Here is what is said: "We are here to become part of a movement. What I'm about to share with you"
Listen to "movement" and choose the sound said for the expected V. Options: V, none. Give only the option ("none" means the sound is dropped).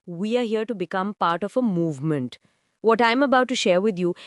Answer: V